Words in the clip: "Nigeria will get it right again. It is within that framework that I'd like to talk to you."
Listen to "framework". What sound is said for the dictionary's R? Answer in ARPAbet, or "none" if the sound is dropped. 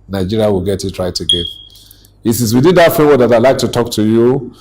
none